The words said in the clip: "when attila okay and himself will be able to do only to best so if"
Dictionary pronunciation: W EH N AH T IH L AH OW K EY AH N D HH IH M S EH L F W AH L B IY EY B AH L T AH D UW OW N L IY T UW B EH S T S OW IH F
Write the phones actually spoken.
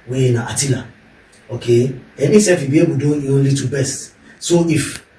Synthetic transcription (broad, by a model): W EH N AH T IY L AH OW K EY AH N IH S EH F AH B IY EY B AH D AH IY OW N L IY T UW B EH S T S OW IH F